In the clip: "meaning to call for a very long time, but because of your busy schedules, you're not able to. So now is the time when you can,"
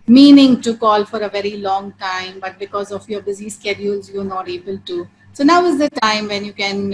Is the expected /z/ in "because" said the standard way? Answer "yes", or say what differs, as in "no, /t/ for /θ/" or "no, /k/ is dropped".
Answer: yes